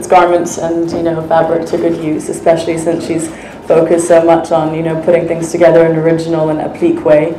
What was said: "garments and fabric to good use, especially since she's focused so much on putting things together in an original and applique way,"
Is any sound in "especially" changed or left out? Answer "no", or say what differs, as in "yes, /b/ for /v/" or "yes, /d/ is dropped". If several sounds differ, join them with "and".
no